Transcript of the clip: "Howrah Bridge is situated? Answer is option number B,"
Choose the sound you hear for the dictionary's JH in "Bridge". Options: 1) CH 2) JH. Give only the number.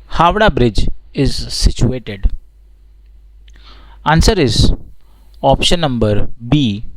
2